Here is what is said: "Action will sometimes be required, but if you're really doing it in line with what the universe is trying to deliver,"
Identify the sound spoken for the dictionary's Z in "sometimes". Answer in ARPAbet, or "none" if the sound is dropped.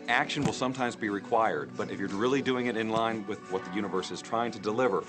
Z